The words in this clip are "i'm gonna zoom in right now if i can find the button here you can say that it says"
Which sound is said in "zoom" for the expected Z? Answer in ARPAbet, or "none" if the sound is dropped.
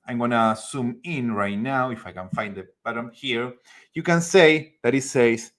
S